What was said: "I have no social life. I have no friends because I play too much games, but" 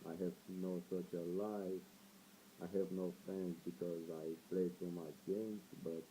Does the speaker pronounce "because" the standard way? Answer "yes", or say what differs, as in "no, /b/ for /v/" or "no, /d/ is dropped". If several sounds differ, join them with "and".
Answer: yes